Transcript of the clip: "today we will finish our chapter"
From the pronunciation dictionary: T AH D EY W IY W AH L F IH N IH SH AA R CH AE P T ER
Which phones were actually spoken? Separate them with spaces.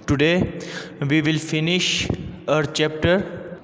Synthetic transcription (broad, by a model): T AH D EY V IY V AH L F IH N IH SH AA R CH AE P T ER